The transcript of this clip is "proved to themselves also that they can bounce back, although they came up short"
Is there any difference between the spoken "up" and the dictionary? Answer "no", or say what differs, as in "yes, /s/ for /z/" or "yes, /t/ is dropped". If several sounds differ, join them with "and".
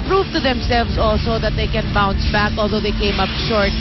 no